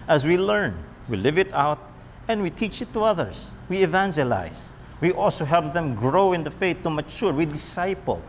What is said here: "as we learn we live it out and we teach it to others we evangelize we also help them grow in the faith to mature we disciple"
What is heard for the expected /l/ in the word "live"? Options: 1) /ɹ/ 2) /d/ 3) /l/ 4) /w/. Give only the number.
3